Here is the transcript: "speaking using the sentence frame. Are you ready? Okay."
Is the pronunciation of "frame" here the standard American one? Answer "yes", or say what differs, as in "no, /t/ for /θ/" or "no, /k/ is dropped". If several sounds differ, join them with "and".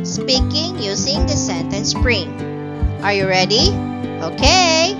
no, /p/ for /f/